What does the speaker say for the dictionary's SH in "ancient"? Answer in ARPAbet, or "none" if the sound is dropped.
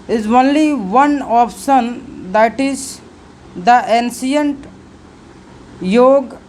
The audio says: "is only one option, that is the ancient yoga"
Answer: S